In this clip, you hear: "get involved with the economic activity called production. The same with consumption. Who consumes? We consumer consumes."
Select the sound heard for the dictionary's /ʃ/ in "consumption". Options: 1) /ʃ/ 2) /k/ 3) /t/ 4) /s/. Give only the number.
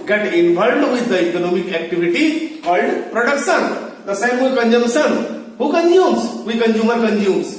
4